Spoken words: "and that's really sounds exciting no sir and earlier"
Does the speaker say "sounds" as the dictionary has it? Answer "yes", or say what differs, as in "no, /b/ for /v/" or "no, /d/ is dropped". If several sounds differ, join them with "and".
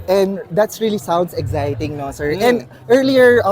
no, /s/ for /z/